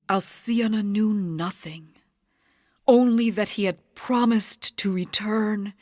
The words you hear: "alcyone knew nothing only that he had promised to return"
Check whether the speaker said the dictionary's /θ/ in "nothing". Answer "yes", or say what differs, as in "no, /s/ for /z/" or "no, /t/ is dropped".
yes